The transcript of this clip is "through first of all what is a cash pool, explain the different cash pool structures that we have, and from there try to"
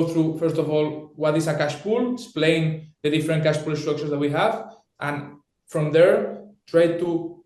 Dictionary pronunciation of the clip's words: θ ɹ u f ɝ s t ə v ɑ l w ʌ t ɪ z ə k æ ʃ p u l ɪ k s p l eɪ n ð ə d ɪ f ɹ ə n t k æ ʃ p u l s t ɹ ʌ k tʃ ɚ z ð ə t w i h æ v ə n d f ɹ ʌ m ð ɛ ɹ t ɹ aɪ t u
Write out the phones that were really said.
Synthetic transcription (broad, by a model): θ ɹ u f ɝ s t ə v ɑ l w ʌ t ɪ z ə k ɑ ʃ p u l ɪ s p l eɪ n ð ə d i f ɹ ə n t k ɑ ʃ p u l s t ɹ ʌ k ʃ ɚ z ð ə t w i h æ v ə n f ɹ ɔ m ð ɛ ɹ t ɹ aɪ t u